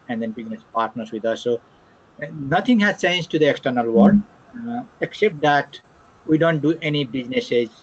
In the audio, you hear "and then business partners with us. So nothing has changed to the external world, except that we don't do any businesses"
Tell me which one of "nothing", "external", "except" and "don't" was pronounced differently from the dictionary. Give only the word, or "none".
nothing